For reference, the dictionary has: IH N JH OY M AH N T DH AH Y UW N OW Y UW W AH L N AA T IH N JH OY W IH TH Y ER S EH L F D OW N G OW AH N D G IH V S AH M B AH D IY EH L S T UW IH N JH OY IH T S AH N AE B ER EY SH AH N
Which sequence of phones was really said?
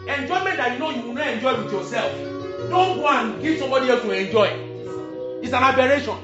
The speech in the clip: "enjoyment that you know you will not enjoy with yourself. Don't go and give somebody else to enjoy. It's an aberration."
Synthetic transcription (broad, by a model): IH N JH OY M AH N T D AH Y UW N OW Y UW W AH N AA IH N JH OY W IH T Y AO S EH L F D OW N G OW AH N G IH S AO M AH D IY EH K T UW IH N JH OY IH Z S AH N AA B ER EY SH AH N